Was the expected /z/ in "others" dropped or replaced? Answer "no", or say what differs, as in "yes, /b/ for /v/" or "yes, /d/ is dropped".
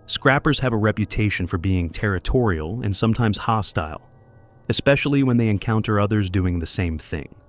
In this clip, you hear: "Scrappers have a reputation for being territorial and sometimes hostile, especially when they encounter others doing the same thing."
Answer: no